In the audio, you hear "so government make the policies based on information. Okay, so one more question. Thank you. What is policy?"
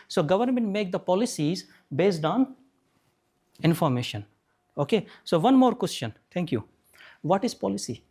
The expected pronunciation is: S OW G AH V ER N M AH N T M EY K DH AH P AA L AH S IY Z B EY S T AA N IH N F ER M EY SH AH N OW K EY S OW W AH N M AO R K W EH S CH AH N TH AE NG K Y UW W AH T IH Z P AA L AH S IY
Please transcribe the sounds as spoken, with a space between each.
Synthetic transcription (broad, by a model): S OW G AH V ER N M AH N T M EY K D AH P AA L AH S IY Z B EY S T AA N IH N F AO M EY SH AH N OW K EY S OW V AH N M AO R K W EH S CH AH N T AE NG K Y UW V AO T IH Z P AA L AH S IY